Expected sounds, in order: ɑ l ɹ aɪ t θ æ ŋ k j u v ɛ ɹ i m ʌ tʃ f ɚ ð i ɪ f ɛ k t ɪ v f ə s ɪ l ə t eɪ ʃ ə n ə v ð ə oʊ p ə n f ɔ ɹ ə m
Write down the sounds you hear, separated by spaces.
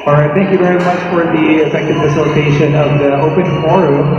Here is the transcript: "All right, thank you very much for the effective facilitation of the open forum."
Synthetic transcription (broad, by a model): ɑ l ɹ aɪ t θ æ ŋ k j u v ɛ ɹ i m ʌ tʃ f ɚ ð i ɪ f ɛ k t ɪ v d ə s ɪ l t eɪ ʃ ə n ə v ð ə oʊ p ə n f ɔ ɹ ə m